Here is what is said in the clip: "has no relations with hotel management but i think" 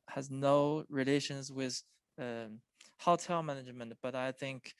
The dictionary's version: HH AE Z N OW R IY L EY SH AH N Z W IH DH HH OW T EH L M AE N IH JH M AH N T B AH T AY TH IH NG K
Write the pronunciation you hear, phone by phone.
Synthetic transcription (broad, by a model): HH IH Z N OW R IY L EY SH AH N Z W IH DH HH OW T EH L M AE N IH JH M AH N T B AH T AY TH IH NG K